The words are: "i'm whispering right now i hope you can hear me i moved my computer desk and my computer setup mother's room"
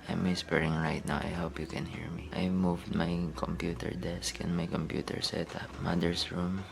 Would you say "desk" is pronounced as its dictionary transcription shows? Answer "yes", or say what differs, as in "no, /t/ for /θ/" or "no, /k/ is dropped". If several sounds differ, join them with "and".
yes